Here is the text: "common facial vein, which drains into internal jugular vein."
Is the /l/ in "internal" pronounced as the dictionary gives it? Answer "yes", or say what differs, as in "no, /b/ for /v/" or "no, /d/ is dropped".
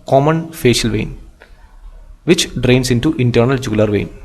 yes